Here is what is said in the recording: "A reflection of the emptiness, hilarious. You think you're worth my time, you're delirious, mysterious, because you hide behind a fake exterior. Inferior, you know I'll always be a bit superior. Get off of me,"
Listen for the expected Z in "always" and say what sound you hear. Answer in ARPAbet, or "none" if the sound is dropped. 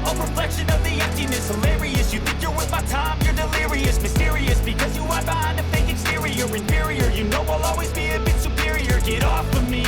Z